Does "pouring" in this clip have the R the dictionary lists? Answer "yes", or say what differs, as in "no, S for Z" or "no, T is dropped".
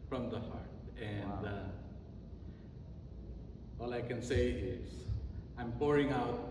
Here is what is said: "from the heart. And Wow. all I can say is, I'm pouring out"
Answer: yes